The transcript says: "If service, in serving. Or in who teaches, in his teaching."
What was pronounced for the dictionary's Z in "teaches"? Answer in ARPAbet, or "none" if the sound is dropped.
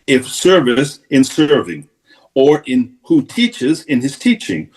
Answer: Z